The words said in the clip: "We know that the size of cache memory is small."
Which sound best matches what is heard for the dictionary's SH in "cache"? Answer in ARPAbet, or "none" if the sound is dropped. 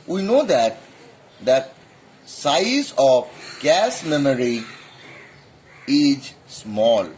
S